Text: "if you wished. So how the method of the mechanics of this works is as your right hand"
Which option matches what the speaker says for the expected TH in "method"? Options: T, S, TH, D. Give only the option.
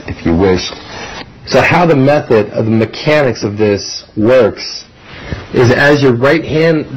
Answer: TH